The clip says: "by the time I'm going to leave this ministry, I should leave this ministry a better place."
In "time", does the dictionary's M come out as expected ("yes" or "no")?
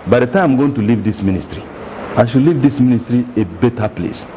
no